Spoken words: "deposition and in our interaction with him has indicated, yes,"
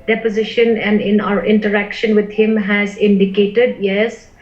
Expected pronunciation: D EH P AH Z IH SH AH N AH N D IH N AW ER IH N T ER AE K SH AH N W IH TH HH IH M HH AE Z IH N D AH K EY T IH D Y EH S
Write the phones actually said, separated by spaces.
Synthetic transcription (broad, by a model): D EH P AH Z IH SH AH N AH N D IH N AW ER IH N T ER AE K SH AH N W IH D HH IH M HH AE Z IH N D AH K EY T IH D Y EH S